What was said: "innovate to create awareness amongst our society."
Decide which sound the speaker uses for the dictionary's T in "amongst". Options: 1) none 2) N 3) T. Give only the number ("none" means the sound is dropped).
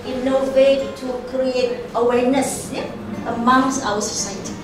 1